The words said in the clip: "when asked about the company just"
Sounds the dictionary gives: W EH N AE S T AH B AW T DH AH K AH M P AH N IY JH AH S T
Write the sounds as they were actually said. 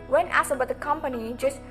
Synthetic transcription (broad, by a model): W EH N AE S AH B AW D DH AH K AH M P AH N IY JH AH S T